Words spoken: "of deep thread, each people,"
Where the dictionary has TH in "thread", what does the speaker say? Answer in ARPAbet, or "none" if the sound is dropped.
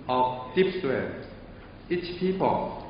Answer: T